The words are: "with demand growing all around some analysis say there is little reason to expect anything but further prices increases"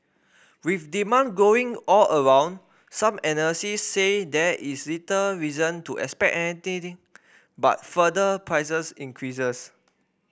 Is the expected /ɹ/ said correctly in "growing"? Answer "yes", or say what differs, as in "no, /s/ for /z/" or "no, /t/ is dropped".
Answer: no, /ɹ/ is dropped